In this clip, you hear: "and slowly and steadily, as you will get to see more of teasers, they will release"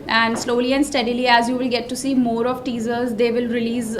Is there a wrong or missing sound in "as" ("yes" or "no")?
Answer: no